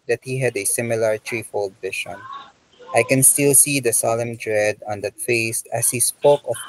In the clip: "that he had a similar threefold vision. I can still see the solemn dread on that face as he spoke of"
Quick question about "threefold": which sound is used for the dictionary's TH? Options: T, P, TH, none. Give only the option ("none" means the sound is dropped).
T